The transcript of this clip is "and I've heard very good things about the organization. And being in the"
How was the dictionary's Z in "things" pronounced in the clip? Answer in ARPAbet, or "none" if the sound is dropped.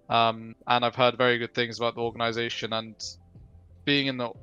Z